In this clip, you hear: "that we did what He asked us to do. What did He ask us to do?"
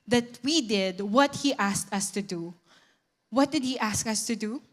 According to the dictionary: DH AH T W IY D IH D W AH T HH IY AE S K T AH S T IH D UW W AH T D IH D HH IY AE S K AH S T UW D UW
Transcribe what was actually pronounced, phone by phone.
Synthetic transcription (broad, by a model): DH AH T W IY D IH D W AH T HH IY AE S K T AH S T IH D UW W AH T D IH D HH IY AE S K AH S T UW D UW